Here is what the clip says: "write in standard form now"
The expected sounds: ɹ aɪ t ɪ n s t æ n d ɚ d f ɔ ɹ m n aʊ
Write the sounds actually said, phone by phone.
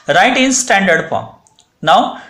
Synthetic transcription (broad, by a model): ɹ aɪ t ɪ n s t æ n d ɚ d p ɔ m n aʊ